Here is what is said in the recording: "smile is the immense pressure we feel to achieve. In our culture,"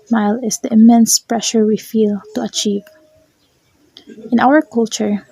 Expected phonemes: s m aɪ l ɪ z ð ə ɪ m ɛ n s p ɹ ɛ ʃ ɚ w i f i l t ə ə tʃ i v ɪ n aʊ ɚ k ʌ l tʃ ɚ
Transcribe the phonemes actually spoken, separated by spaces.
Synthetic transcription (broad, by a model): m aɪ l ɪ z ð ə ɪ m ɛ n s p ɹ ɛ ʃ ɚ w i f i l t ə ə tʃ i v ɪ n aʊ ɚ k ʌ l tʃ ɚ